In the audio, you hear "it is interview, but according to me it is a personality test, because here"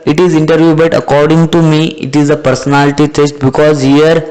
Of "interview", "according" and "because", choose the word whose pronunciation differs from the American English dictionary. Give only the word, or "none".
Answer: none